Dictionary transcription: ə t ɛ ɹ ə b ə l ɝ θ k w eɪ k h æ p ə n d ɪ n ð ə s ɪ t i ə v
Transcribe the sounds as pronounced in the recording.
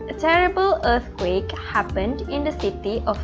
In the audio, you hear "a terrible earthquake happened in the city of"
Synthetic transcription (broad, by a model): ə t ɛ ɹ ə b ə l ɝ t k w eɪ k h æ p ə n d ɪ n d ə s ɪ t i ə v